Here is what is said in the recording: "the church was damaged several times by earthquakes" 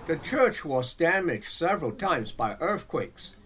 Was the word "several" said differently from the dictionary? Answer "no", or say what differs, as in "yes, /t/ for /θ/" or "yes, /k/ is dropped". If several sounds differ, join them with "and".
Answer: no